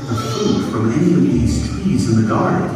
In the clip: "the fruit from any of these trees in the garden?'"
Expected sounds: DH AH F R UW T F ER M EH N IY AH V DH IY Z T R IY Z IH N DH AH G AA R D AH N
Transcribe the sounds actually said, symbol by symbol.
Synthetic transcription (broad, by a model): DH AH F UW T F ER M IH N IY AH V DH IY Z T W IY Z IH N DH AH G AA R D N